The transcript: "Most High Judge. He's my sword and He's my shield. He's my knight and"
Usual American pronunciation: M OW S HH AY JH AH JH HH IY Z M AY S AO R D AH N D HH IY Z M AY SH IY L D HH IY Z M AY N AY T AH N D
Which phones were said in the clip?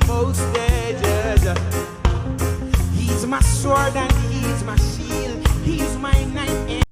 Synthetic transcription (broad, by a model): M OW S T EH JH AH Z HH IY Z M AY S AO R D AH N HH IY Z M AY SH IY L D HH IY Z M AY N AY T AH